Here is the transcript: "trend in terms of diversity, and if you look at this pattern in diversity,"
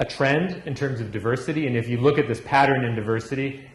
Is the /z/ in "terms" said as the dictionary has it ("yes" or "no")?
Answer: yes